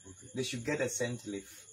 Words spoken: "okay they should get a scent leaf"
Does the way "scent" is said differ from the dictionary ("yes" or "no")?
no